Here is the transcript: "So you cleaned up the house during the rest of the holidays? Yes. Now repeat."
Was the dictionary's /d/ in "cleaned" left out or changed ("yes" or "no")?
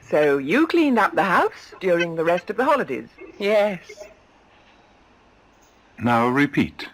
no